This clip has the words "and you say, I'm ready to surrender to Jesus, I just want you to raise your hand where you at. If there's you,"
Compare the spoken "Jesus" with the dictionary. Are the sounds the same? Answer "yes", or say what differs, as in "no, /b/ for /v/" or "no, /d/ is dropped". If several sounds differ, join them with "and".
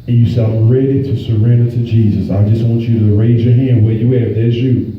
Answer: yes